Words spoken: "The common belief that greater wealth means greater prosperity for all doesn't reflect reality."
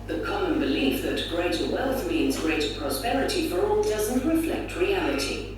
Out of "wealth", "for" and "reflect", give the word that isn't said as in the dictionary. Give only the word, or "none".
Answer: none